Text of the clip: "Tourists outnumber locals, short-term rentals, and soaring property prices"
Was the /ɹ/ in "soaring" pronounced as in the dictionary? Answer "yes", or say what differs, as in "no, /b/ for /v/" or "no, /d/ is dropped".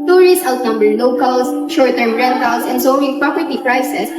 no, /ɹ/ is dropped